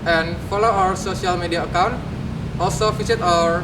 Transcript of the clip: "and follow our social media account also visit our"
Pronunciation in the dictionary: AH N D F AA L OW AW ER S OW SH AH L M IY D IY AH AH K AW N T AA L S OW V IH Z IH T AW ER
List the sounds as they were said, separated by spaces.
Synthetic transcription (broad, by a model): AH N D F AA L OW AW ER S OW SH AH L M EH D IY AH AH K AW N T AA L S OW F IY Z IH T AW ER